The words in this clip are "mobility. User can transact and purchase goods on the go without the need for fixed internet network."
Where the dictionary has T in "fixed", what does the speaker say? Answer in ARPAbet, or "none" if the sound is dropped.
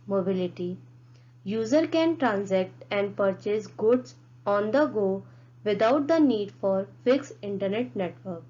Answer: none